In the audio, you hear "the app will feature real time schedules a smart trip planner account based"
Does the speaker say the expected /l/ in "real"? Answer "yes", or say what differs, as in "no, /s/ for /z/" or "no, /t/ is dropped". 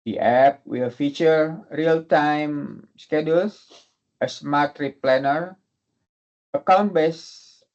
yes